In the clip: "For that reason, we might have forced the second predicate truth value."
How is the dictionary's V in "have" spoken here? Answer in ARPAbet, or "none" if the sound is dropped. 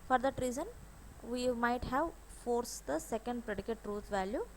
V